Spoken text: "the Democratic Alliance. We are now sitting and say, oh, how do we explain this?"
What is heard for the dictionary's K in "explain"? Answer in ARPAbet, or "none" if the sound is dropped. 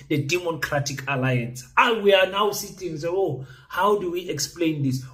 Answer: K